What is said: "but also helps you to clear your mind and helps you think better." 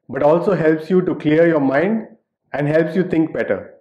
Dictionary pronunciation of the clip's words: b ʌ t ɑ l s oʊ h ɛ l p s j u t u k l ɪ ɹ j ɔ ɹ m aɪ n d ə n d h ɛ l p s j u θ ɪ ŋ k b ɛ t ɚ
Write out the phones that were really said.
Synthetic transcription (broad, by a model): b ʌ t ɑ l s oʊ h ɛ l p s j u t u k l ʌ ɹ j ɔ ɹ m aɪ n d ə n d h ɛ l p s j u t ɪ ŋ k b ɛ t ɚ